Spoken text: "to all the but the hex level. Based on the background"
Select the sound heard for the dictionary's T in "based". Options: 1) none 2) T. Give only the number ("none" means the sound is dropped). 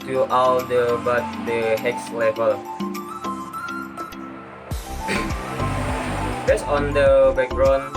1